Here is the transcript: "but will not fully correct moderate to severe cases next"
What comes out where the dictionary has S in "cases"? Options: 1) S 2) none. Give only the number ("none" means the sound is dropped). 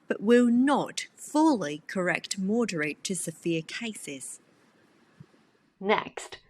1